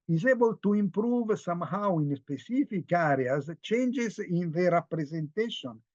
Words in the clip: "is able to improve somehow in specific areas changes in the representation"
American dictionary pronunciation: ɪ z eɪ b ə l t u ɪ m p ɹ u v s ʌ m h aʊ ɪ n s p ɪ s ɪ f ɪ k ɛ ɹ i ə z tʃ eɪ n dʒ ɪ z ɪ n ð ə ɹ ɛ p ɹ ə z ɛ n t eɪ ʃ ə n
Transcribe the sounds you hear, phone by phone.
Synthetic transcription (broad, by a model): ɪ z eɪ b ə l t u ɪ m p ɹ u v s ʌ m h aʊ ɪ n s p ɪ s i f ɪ k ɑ ɹ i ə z tʃ eɪ n dʒ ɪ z ɪ n ð ə ɹ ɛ p ɹ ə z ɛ n t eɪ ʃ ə n